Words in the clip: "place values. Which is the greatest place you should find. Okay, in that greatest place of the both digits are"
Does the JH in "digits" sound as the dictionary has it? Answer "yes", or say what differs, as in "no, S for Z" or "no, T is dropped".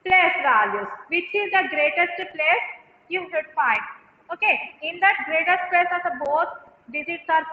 no, Z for JH